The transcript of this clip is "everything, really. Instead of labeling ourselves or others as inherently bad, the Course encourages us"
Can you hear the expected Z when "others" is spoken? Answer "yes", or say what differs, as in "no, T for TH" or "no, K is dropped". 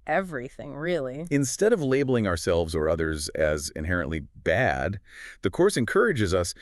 yes